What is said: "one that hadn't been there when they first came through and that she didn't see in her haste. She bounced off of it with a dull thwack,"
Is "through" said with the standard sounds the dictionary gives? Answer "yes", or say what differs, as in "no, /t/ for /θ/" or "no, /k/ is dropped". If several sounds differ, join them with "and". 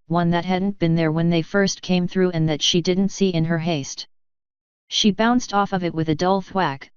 yes